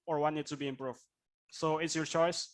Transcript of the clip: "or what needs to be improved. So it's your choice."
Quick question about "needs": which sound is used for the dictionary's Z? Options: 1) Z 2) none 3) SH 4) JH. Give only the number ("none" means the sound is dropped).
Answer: 2